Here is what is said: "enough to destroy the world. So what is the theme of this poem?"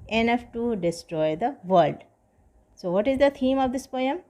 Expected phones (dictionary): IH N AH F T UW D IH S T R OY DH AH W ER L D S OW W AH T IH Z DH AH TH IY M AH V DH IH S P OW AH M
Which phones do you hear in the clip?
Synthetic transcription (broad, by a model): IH N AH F T UW D IH S T R OY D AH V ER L D S OW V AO T IH Z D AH T IY M AH V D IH S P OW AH M